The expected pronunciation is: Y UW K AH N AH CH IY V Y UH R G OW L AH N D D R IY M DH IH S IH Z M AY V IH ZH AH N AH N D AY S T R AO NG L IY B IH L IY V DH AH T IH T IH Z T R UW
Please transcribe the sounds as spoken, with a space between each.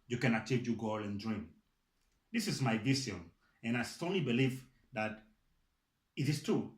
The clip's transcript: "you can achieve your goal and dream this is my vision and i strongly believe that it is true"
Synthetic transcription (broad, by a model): Y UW K AH N AH CH IY V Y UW G OW L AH N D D R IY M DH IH S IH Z M AY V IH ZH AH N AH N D AY S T AO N L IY B IH L IY V DH AH T IH T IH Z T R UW